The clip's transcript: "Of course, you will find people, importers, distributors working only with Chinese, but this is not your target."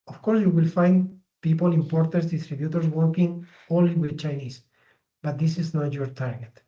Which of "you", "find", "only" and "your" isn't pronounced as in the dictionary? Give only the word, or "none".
only